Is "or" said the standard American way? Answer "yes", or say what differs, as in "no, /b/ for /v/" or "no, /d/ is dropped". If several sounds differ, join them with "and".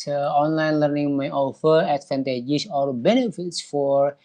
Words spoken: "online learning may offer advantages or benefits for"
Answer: no, /l/ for /ɹ/